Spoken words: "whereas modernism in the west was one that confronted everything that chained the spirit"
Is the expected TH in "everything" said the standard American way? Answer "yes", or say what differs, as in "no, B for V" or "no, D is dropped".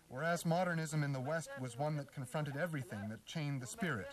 yes